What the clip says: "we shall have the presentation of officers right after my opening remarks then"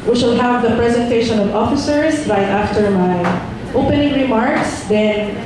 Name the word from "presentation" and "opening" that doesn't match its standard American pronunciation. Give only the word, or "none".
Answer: none